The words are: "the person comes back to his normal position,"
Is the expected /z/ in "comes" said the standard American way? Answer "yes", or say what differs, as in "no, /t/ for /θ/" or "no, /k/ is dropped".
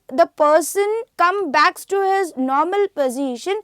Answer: no, /z/ is dropped